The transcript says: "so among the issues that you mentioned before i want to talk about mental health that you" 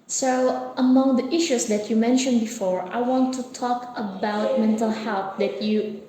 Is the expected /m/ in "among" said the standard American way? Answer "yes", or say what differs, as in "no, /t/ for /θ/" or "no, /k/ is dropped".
yes